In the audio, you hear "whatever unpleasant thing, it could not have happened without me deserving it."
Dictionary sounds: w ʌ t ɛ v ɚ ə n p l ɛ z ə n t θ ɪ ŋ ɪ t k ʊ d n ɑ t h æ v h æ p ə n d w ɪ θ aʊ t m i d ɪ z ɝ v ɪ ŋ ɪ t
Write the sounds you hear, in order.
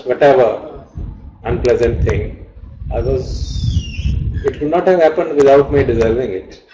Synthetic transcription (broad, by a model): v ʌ t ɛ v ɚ ə n p l ɛ z ə n t t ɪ ŋ ɪ t k ʊ d n ɑ t h æ v h æ p ə n d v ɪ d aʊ t m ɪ d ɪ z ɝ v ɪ ŋ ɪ t